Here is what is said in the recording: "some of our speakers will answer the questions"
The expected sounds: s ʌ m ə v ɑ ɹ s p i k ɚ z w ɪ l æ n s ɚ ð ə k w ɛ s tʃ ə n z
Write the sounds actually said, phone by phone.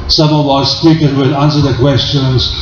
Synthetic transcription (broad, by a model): s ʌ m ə w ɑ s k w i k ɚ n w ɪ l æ n s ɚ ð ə k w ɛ s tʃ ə n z